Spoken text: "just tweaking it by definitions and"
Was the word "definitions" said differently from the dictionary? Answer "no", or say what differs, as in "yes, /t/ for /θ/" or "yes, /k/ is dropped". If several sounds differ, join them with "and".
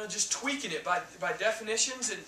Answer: no